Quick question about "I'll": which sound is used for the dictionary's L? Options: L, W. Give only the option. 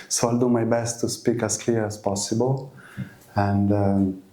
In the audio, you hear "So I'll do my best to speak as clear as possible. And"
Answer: L